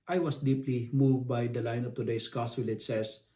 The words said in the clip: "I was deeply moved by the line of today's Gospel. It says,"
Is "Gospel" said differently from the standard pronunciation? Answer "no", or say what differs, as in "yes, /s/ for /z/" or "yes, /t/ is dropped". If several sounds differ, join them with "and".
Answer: yes, /p/ is dropped